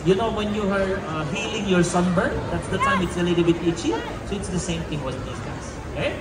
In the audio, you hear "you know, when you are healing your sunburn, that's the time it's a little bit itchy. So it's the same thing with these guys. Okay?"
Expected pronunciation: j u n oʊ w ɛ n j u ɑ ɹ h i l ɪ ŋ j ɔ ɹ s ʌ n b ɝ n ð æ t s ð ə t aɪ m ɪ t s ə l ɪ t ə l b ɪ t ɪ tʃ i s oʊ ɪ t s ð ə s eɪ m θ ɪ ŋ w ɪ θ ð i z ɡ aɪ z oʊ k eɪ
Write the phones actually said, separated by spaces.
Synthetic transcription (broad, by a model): j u n oʊ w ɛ n j u ɑ ɹ h i l ɪ ŋ j ɔ ɹ s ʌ n b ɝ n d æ t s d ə t aɪ m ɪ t s ə l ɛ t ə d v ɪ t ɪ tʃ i s oʊ ɪ t s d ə s eɪ m t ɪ ŋ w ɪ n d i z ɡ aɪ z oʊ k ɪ